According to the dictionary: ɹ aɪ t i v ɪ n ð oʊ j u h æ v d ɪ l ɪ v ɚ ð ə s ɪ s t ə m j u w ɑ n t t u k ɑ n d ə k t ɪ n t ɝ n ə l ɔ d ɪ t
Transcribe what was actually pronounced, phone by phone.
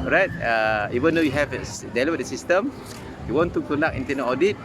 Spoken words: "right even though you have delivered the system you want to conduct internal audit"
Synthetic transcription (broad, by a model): ɹ aɪ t i v ɪ n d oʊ j u h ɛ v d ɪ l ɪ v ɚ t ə s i s t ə m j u w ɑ n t t u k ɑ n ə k ɪ n t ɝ n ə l ɔ d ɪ t